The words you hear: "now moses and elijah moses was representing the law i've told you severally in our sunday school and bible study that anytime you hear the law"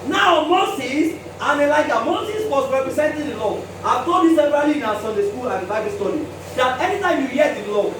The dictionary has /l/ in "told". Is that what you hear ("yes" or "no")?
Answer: no